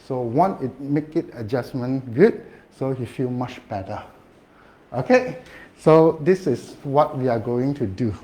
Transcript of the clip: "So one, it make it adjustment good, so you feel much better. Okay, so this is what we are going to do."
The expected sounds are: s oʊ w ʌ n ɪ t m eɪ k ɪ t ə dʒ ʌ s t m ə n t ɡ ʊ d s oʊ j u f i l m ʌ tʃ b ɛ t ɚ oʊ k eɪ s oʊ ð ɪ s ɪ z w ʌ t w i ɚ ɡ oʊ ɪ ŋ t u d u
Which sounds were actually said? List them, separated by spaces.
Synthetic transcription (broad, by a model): s oʊ w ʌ n ɪ t m eɪ k ɪ t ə dʒ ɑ s m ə n ɡ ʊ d s oʊ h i f i l m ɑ tʃ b ɛ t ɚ oʊ k eɪ s oʊ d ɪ s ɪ s w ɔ t w i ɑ ɡ oʊ ɪ ŋ t u d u